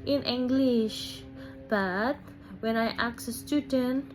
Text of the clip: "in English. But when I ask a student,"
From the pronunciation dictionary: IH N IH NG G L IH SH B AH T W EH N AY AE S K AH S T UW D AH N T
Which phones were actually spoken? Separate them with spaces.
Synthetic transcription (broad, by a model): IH N IH NG G L IH SH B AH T W EH N AY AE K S AH S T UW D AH N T